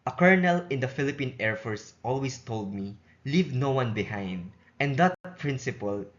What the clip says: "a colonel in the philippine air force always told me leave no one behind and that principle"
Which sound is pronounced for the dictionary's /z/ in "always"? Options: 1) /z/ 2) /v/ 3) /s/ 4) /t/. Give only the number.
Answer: 3